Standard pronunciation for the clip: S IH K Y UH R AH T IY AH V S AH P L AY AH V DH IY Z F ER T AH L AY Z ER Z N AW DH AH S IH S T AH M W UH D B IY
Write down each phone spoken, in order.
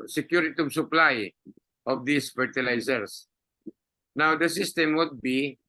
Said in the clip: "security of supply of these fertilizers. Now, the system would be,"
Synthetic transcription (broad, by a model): S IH K Y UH R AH T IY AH B S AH P L AY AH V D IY S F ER T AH L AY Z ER S N AW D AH S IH S T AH M W UH D B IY